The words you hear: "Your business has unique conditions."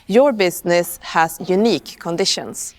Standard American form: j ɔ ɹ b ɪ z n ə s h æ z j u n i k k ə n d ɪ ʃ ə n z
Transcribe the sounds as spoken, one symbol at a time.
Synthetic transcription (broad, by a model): j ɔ ɹ b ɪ s n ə s h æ s j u n i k k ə n d ɪ ʃ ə n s